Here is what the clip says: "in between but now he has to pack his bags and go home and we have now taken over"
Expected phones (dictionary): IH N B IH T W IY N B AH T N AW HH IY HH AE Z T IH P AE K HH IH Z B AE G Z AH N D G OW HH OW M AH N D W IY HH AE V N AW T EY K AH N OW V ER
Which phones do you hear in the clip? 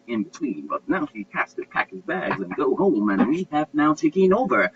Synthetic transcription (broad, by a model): IH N B IH T W IY N B AH T N AW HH IY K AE S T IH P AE K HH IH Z B AE G Z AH N G OW HH OW M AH N W IY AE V N AW T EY K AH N OW V ER